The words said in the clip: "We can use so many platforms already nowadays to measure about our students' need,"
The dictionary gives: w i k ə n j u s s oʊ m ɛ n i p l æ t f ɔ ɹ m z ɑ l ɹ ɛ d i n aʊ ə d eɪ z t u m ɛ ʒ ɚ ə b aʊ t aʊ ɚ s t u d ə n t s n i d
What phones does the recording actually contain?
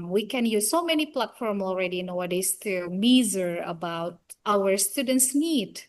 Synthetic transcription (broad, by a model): w i k ə n j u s s oʊ m ɛ n i p l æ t f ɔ ɹ m ɑ l ɹ ɛ d i n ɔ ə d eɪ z t u m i z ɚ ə b aʊ t aʊ ɚ s t u d ə n t s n i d